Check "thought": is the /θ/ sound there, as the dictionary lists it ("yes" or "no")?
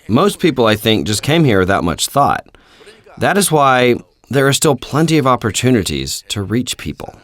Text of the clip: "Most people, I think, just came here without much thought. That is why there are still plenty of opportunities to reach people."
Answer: yes